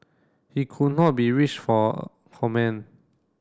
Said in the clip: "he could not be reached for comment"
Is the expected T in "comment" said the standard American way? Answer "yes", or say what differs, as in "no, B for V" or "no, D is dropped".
no, T is dropped